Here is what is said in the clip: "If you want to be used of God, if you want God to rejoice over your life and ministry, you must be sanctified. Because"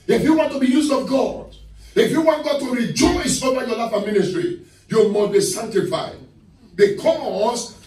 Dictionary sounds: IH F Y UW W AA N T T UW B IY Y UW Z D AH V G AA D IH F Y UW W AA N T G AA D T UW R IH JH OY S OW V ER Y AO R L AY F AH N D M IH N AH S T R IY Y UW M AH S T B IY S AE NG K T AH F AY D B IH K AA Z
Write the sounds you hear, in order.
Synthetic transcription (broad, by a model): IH F Y UW W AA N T T UW B IY Y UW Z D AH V G AA D IH F Y UW W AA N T G AA D T UW R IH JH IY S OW ER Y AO L AY F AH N M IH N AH S T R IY Y UW M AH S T B IY S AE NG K T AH F AY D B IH K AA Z